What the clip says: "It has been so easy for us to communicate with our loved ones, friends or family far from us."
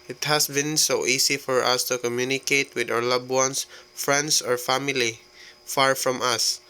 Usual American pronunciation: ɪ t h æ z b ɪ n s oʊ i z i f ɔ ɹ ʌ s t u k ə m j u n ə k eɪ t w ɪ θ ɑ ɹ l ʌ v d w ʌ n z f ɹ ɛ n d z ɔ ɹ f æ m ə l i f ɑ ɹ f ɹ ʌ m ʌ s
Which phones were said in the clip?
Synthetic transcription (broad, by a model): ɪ t h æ s b ɪ n s oʊ i s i f ɔ ɹ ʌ s t u k ə m j u n ə k eɪ t w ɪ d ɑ w l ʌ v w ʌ n s f ɹ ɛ n d s ɔ ɹ f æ m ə l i f ɑ ɹ f ɹ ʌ m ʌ s